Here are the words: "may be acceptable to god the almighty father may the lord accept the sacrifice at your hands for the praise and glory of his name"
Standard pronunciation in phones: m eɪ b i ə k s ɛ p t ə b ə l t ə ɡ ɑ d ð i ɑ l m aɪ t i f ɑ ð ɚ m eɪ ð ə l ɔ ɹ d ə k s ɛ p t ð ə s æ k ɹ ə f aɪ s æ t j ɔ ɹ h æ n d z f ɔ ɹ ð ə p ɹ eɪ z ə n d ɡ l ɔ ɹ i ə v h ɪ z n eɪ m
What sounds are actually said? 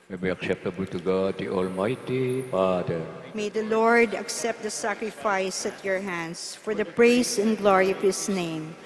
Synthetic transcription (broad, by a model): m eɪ b i ə k s ɛ p t ə b ə l t ə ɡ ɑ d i ɑ l m aɪ t i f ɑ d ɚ m eɪ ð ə l ɔ ɹ d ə k s ɛ p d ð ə s æ k ɹ ə f aɪ s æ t j ɔ ɹ h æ n d s f ɔ ɹ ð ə p ɹ eɪ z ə n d ɡ l ɔ ɹ i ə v h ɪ s n eɪ m